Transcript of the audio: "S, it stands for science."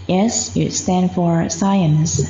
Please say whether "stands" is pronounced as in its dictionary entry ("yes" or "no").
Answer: no